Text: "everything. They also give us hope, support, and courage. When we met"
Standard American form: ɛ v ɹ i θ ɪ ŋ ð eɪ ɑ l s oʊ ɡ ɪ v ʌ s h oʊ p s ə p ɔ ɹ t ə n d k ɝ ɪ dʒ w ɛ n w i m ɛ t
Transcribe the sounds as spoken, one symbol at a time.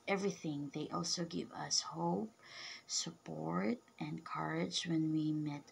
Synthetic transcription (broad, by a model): ɛ v ɹ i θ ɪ ŋ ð eɪ ɑ l s oʊ ɡ ɪ v ʌ s h oʊ p s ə p ɔ ɹ t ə n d k ɝ ɪ dʒ w ɛ n w i m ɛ t